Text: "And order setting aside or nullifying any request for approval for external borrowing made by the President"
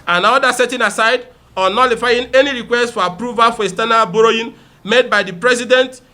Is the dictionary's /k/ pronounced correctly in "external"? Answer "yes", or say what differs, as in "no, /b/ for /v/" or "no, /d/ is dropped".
no, /k/ is dropped